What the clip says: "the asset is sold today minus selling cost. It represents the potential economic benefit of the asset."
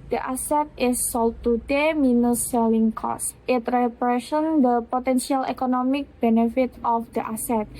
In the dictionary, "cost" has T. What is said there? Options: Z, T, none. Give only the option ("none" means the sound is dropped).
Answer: T